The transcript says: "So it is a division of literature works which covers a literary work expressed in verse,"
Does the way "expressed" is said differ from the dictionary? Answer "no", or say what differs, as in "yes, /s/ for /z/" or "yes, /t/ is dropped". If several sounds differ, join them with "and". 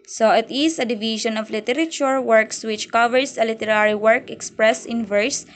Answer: yes, /t/ is dropped